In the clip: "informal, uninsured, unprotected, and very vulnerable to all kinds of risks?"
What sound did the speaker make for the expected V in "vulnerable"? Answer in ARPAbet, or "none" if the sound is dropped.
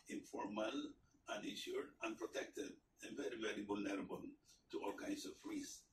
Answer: B